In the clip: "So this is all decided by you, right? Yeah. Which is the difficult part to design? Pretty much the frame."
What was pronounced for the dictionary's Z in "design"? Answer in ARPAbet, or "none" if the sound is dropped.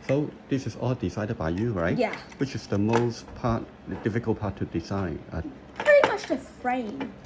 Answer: S